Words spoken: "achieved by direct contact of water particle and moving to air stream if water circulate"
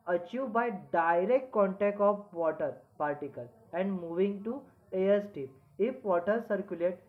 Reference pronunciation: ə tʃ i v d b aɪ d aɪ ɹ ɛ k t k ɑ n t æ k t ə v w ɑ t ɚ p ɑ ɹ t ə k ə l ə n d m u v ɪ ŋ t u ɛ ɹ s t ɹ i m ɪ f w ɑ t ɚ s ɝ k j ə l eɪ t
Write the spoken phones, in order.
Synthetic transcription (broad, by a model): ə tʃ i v b aɪ d aɪ ɹ ɛ k t k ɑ n t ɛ k t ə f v ɑ t ɚ p ɑ ɹ t ə k ə l ə n d m u v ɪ ŋ t u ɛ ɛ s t i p ɪ f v ɑ t ɚ s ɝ k j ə l eɪ t